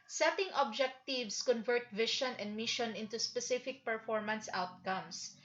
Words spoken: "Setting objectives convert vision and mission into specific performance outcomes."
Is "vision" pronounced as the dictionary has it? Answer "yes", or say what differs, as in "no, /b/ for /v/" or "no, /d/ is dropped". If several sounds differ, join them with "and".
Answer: no, /ʃ/ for /ʒ/